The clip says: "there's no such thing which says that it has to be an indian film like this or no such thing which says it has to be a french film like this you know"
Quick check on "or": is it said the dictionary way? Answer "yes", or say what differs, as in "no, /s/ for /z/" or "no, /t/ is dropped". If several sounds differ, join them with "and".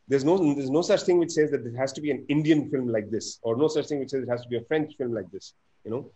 yes